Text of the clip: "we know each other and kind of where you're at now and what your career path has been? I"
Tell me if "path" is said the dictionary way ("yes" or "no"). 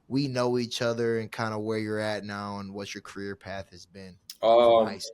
yes